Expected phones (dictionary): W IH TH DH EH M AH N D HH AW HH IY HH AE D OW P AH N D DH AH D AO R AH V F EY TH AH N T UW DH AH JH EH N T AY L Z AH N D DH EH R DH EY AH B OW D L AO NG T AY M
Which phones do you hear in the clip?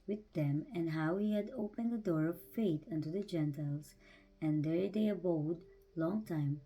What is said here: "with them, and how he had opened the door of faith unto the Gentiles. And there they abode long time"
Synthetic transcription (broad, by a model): W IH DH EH M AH N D HH AW HH IY HH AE D OW P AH N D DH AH D AO R AH V F EY T AH N T UW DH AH JH EH N T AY L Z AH N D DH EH R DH EY AH B OW D L AO NG T AY M